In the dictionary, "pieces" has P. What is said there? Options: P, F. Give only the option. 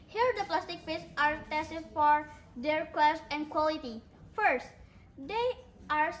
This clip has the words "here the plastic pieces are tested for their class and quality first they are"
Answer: F